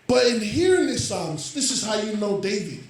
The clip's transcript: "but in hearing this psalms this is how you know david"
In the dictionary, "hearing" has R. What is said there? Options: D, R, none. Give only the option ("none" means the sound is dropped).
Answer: R